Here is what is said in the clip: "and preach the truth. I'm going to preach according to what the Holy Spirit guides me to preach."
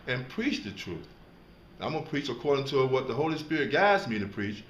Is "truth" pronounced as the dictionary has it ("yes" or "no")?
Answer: yes